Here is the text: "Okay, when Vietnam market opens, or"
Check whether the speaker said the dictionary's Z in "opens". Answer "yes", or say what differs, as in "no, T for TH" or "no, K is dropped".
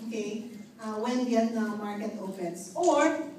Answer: no, S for Z